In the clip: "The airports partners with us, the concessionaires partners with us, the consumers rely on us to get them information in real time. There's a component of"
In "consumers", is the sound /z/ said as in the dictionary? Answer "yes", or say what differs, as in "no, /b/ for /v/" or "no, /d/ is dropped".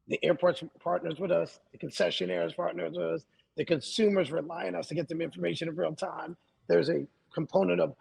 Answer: yes